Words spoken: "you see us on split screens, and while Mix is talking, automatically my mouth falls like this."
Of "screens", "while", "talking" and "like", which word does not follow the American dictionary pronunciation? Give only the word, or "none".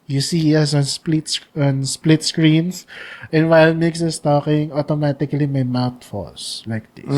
screens